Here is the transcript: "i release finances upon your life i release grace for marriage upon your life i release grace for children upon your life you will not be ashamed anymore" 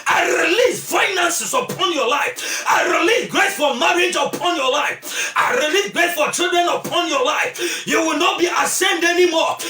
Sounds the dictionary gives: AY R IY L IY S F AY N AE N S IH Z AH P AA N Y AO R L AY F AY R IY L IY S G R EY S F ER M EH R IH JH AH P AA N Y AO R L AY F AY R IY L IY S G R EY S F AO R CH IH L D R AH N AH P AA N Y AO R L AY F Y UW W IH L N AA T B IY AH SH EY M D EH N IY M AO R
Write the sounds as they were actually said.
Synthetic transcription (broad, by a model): AY R IY L IY S F AY N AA N S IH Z AH P AA N Y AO L AY F AY R IY L IY S G R EY S F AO M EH R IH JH AH P AA N Y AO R L AY F AY R IY L IY S G R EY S F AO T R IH D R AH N AH P AA N Y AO L AY F Y UW W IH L N AA T B IY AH S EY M D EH N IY M AO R